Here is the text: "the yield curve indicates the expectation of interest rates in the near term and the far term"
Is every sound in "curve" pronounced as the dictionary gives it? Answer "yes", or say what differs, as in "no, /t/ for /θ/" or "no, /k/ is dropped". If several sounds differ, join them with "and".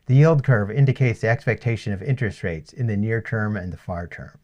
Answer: yes